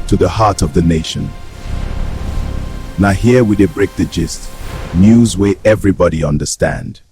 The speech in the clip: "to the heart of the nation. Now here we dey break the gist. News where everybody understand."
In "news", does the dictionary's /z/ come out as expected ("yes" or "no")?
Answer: yes